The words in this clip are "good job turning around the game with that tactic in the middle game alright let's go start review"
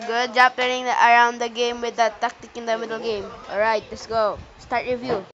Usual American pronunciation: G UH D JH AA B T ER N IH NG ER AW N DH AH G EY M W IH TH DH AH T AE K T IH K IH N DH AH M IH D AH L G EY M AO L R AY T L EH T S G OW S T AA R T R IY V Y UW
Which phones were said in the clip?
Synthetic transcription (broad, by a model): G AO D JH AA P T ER IH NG ER AW N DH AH G EY M W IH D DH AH T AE K T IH K IH N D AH M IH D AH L G EY M AO L R AY T L EH T S G OW S T AA R T R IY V Y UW